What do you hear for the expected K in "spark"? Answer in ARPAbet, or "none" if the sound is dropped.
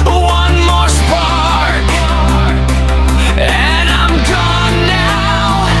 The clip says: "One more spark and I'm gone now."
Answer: none